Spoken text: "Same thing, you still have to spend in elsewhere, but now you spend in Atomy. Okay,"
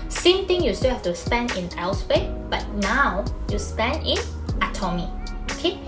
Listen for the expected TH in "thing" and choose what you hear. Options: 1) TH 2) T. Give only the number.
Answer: 2